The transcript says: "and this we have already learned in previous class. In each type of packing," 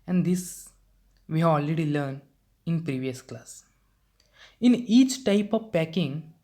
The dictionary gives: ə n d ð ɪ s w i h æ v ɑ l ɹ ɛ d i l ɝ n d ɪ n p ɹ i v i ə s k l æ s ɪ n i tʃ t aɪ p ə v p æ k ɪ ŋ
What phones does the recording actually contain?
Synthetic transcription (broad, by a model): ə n d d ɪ s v i h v ɑ l ɹ ɛ d i l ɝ n ɪ n p ɹ i v i ə s k l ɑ s ɪ n i tʃ t aɪ p ə v p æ k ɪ ŋ